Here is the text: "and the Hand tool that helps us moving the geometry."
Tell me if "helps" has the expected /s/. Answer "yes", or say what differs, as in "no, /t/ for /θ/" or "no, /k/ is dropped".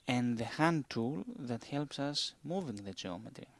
yes